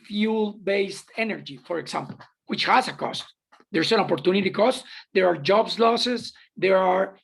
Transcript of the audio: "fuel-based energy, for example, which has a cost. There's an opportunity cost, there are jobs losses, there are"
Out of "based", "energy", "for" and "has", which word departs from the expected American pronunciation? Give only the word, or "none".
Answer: has